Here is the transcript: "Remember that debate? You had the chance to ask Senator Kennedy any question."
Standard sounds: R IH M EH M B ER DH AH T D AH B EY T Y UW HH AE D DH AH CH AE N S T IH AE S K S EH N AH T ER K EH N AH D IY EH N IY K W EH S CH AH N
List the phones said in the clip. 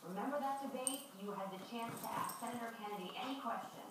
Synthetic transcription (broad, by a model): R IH M EH M B ER DH AH T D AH B EY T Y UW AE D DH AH CH AE N S T IH AE S K S EH N AH T ER K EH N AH D IY EH N IY K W EH S CH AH N